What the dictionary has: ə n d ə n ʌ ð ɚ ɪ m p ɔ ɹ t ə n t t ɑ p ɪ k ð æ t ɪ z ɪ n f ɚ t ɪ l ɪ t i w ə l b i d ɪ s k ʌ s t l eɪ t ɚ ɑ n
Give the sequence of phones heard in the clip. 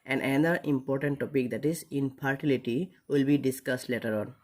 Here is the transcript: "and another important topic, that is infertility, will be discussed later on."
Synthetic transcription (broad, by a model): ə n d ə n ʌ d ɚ ɪ m p ɔ ɹ t ə n t t ɑ p ɪ k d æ t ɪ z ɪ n p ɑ t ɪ l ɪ t i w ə l b i d ɪ s k ʌ s t l eɪ t ɚ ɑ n